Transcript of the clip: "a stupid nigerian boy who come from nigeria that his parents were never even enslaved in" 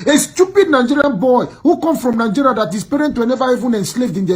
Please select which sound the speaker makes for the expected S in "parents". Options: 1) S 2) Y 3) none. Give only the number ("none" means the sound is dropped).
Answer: 3